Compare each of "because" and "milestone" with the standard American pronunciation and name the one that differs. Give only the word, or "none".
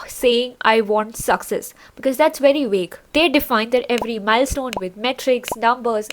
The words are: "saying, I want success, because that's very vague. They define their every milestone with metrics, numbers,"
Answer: none